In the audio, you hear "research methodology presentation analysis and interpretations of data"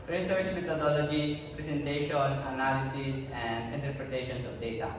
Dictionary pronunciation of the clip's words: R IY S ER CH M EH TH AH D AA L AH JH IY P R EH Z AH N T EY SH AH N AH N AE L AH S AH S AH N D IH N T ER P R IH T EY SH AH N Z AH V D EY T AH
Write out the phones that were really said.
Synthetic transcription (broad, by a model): R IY S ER CH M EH T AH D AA L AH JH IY P R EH S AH N T EY SH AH N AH N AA L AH S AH S AH N D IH N T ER P R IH T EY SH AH N S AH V D EY T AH